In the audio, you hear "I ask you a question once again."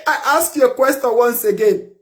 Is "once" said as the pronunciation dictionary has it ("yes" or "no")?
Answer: yes